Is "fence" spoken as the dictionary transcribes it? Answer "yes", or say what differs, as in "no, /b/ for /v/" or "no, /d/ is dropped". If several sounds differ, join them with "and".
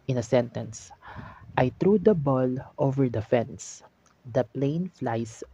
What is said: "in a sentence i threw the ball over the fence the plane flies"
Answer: yes